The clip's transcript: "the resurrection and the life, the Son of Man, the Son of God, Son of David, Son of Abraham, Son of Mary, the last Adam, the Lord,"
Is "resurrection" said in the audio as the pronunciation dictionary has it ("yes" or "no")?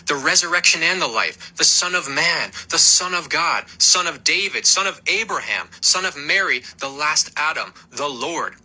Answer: yes